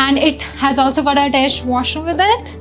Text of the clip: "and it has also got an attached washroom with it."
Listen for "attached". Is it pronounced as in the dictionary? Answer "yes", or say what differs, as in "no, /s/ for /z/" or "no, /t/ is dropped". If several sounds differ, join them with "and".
no, /s/ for /tʃ/